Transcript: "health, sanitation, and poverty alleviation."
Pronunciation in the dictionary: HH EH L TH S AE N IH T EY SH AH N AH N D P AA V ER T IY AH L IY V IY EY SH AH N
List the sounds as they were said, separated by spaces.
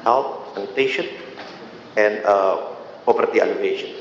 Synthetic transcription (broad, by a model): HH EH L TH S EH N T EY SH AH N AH N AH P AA P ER T IY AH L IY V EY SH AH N